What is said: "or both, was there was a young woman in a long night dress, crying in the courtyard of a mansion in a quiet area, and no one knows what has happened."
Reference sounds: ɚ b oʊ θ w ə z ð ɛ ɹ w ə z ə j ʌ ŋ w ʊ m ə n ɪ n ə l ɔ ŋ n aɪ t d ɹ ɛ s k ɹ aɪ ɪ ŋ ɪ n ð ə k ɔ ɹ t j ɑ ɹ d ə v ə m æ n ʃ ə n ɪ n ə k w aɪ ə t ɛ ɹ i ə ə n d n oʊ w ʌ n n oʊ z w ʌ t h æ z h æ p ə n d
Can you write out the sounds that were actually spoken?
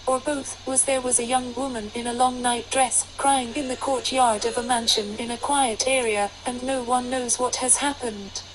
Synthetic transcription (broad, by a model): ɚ b oʊ θ w ə z ð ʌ ɹ w ə z ə j ʌ ŋ w ʊ m ə n ɪ n ə l ɔ ŋ n aɪ t d ɹ ɛ s k ɹ aɪ ɪ ŋ ɪ n ð ə k ɔ ɹ t j ɑ ɹ d ə v ə m æ n ʃ ə n ɪ n ə k w aɪ ə t ɛ ɹ i ə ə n n oʊ w ʌ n n oʊ z w ʌ t h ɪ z h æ p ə n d